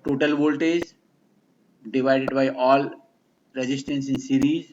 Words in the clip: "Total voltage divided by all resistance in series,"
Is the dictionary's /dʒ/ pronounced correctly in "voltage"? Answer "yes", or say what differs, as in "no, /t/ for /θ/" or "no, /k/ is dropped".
no, /z/ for /dʒ/